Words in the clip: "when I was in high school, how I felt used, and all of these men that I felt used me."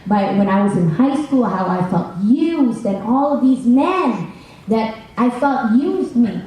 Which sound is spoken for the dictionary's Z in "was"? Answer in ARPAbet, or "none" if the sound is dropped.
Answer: Z